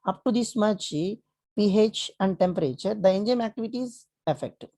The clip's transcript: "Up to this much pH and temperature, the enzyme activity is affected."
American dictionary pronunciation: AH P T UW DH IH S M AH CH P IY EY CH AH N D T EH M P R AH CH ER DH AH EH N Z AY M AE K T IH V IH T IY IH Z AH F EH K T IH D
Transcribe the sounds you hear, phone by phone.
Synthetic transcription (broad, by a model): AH P T UW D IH S M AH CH P IY EY CH AH N D T EH M P R AH CH ER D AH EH N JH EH M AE K T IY V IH T IY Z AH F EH K T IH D